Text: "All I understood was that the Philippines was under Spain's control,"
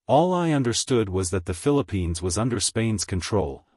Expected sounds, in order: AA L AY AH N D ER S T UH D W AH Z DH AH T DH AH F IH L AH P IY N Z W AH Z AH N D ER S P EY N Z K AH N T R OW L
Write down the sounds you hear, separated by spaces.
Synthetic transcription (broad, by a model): AA L AY AH N D ER S T UH D W AH Z DH AH T DH AH F IH L AH P IY N Z W AH Z AH N D ER S P EY N Z K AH N T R OW L